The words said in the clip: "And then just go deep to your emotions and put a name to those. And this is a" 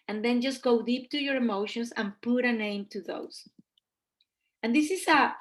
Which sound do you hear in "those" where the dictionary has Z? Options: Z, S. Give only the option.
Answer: S